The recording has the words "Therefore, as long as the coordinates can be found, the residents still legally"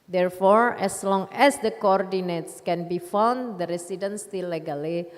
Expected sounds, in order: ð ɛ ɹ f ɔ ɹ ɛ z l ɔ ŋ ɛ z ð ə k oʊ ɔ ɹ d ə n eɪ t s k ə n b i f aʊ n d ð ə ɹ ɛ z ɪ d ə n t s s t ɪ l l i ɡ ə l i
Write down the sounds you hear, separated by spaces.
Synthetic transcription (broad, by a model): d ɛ ɹ f ɔ ɹ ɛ s l ɔ ŋ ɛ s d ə k oʊ ɔ ɹ d ə n eɪ t s k ə n b i f aʊ n d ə ɹ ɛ s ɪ d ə n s s t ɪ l l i ɡ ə l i